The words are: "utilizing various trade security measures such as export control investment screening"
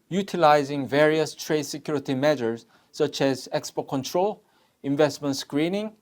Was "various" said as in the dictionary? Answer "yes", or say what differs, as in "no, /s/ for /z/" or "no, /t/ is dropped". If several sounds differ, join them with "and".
yes